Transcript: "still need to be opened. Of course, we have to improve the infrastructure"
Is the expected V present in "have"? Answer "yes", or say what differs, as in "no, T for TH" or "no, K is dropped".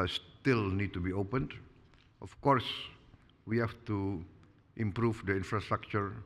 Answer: no, F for V